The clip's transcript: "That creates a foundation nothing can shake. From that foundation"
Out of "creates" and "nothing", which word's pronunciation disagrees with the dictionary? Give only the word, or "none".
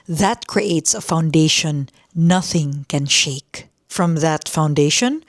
none